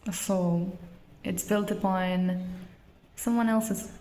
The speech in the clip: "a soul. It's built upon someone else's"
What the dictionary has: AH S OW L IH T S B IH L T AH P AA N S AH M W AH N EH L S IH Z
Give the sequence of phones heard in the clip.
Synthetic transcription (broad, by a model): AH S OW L IH T S B IH L T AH B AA N S AH M W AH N EH L S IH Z